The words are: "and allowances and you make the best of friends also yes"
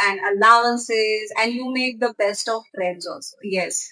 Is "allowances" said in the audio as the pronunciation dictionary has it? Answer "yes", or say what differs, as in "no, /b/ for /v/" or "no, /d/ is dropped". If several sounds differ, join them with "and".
yes